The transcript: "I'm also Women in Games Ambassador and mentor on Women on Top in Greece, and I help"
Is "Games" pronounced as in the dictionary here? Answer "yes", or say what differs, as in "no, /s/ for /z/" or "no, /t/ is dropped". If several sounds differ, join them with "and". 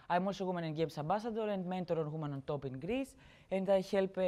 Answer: no, /s/ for /z/